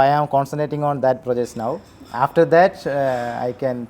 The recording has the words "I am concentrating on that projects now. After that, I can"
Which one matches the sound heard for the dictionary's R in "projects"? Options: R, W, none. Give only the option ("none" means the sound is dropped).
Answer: R